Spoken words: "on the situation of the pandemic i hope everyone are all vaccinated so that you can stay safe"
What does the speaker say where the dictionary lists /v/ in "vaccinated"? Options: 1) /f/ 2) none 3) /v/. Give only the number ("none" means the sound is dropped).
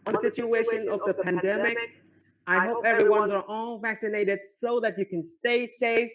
3